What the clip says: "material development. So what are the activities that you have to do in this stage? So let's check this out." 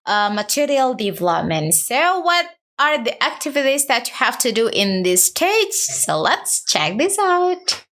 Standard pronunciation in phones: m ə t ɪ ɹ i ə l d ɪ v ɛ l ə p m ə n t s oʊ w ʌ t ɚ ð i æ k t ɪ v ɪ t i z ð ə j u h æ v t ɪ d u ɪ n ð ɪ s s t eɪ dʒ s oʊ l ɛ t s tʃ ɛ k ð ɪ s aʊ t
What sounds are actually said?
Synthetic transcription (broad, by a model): m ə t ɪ ɹ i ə l d ɪ v ɛ l ə p m ə n t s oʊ w ʌ t ɚ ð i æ k t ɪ v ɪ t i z ð ə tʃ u h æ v t ɪ d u ɪ n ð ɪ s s t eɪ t s oʊ l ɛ t s tʃ ɛ k ð ɪ s aʊ t